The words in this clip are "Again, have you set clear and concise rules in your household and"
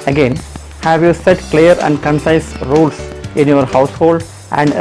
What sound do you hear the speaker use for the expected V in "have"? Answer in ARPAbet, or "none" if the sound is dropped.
V